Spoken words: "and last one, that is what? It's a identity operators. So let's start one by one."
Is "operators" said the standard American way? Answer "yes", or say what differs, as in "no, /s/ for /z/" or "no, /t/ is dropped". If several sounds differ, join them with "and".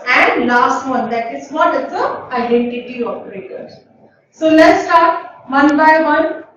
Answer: no, /f/ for /p/